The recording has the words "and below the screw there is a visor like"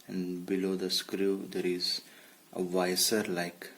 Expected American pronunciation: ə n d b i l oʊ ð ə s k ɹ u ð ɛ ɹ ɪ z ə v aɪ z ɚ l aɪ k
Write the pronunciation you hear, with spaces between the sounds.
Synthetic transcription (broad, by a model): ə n b i l oʊ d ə s k ɹ u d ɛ ɹ ɪ z ə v aɪ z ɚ l aɪ k